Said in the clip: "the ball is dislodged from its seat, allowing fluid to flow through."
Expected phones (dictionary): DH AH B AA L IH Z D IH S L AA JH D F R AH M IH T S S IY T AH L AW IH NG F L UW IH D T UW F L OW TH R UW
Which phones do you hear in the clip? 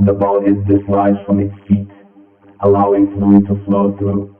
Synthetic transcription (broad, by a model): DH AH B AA N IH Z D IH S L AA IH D F R AH M IH T S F IY T AH L AW IH NG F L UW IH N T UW F L OW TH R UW